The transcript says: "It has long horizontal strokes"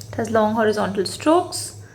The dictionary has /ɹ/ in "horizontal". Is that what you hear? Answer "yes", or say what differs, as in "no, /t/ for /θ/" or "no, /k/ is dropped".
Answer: yes